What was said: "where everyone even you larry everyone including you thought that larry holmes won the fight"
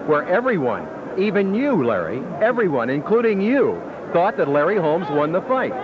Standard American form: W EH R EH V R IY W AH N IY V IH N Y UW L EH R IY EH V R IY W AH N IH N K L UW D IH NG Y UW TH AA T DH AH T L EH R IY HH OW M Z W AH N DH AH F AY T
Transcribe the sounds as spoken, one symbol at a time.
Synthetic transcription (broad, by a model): W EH R EH V R IY W AH N IY V IH N Y UW L EH R IY EH V R IY W AH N IH N K L UW D IH NG Y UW TH AA T DH AH T L EH R IY HH OW M Z W AH N DH AH F AY T